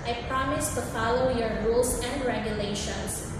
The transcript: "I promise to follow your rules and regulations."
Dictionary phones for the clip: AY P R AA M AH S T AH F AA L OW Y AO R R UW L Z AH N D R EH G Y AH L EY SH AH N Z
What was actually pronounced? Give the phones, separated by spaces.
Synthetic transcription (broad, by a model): AY P R AA M AH S T AH F AA L OW Y AO R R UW L S AH N D R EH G Y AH L EY SH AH N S